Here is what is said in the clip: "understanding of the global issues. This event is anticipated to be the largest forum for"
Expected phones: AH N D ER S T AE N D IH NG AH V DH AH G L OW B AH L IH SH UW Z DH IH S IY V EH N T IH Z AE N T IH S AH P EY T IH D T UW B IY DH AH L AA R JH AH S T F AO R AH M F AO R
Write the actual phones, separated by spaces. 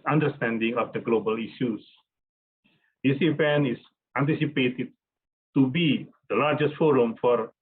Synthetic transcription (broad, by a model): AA N D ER S T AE N D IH NG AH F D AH G L OW B AH L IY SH UW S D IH S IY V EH N IH S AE N T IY S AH P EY T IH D T UW B IY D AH L AA R JH AH S T F AO R AH M F AO R